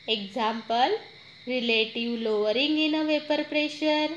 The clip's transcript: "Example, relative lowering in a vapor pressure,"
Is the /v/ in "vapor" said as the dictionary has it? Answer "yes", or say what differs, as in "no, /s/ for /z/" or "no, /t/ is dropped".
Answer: yes